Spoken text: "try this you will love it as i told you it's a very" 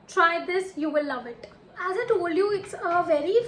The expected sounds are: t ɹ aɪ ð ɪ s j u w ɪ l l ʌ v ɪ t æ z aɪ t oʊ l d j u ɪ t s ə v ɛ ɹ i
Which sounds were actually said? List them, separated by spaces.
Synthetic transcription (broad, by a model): t ɹ aɪ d ɪ s j u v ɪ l l ʌ v ɪ t æ z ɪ t oʊ l d j u ɪ t s ə v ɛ ɹ i